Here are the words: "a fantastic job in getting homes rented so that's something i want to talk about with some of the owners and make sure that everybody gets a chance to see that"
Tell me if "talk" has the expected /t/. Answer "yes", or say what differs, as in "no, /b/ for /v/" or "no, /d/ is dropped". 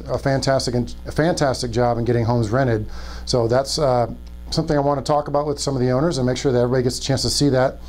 yes